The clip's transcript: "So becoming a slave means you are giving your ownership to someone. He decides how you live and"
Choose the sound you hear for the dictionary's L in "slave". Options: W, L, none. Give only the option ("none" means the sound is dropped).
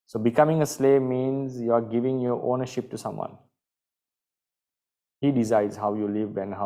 L